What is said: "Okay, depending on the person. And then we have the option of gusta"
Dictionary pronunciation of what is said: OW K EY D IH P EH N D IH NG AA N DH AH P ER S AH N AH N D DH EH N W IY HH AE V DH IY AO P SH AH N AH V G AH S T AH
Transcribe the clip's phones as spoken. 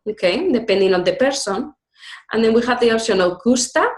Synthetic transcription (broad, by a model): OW K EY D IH P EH N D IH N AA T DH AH P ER S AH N AH N D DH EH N W IY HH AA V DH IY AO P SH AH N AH W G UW S T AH